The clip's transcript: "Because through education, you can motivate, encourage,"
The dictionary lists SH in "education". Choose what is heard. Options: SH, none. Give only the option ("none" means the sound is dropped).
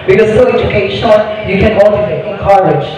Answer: none